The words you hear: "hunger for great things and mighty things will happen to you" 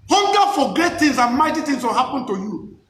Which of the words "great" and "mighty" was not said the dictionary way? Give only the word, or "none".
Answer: great